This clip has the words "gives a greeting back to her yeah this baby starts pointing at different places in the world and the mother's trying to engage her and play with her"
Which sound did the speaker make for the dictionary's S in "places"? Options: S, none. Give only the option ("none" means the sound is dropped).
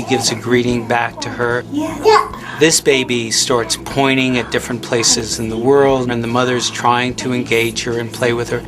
S